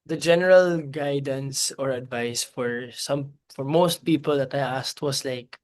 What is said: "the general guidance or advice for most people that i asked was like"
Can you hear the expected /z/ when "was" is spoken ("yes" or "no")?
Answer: no